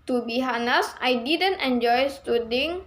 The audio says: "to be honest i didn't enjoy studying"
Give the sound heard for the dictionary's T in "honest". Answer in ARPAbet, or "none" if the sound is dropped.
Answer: none